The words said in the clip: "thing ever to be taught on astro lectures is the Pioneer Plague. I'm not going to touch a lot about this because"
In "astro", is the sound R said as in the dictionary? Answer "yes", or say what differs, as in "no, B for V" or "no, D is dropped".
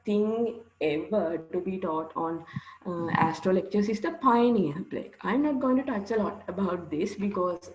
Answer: yes